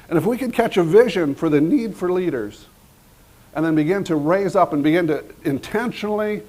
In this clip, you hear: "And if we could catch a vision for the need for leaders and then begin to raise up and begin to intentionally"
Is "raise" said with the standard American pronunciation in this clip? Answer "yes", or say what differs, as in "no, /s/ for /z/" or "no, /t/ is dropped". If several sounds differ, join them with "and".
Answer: yes